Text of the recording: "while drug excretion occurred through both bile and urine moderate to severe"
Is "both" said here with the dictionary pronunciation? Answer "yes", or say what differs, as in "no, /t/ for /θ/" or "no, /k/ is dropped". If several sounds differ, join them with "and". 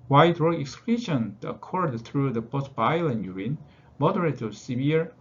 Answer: no, /s/ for /θ/